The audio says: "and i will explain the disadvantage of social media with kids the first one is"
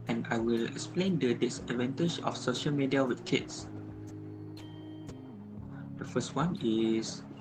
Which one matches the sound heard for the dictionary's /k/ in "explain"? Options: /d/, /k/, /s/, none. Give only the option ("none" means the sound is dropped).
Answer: /k/